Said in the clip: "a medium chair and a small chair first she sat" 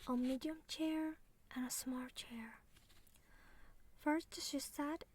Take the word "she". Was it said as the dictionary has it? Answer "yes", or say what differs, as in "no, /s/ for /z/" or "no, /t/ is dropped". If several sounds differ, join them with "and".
yes